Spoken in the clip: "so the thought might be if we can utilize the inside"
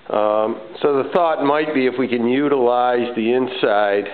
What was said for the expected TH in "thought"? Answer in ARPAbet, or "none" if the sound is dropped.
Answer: TH